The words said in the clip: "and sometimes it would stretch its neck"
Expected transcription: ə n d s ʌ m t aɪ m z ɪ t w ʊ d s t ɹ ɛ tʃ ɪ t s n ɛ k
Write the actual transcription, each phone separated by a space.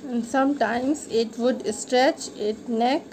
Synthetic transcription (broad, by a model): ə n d s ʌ m t aɪ m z ɪ t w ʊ d s t ɹ ɛ tʃ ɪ t n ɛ k